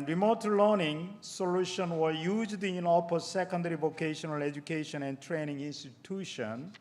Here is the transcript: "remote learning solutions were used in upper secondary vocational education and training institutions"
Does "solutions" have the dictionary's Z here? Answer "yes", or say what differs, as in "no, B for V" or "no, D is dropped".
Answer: no, Z is dropped